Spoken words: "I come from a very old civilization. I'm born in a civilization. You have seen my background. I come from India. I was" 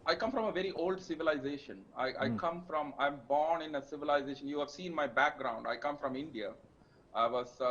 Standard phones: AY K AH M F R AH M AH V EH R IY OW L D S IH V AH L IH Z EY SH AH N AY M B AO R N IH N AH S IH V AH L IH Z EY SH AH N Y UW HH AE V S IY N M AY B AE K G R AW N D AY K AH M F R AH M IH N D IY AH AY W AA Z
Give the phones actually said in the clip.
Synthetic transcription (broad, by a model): AY K AH M F R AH M AH V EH R IY OW L D S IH V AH L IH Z EY SH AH N AY M B AO R N IH N AH S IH V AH L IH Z EY SH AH N Y UW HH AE V S IY N M AY B AE K G R AW N D AY K AH M F R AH M IH N D IY AH AY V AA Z